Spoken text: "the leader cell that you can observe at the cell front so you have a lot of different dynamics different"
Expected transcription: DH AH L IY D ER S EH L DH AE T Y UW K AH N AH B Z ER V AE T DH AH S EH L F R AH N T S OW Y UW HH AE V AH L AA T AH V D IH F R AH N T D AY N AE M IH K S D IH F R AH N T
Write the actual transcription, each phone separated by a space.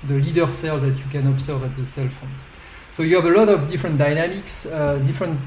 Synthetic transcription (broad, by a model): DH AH L IY D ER S EH L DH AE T Y UW K AH N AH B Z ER V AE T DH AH S EH L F AH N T S OW Y UW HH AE V AH L AA T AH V D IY F R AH N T D AY N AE M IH K S D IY F R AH N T